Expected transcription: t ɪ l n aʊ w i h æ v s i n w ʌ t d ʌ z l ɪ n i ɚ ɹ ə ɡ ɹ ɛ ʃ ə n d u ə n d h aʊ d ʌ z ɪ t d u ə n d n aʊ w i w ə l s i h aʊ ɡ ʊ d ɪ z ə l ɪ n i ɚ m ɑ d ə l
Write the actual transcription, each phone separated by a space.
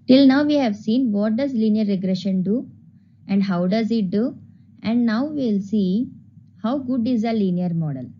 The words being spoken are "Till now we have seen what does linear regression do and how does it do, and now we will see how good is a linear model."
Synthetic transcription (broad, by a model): t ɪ l n aʊ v i h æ v s i n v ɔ t d ʌ z l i n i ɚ ɹ ə ɡ ɹ ɛ ʃ ə n d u ə n d h aʊ d ʌ z ɪ t d u ə n d n aʊ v i l s i h aʊ ɡ ʊ d ɪ z ə l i n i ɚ m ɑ d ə l